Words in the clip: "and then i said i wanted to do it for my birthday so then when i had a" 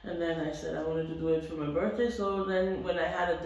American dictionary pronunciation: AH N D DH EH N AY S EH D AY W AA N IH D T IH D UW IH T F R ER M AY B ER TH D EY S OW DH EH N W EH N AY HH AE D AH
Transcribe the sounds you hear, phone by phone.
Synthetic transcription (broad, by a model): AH N DH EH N AY S EH D AY W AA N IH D T IH D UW IH T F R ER M AY B ER TH D EY S OW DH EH N W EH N AY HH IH D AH